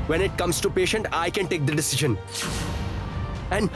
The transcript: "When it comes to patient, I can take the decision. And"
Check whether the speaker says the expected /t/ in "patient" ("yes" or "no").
yes